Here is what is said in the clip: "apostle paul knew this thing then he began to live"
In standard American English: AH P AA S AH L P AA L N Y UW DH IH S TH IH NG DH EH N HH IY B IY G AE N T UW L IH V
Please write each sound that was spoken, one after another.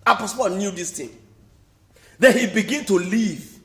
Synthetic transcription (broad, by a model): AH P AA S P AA N Y UW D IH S T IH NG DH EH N HH IY B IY G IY N T UW L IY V